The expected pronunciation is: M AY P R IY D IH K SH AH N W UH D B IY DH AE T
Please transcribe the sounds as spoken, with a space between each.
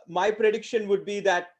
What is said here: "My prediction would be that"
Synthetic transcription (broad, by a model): M AY P R IY D IH K SH AH N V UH D B IY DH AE T